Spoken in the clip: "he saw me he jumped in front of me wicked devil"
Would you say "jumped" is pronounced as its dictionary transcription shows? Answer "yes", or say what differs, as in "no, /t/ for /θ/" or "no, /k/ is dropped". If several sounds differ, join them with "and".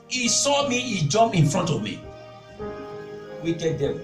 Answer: no, /t/ is dropped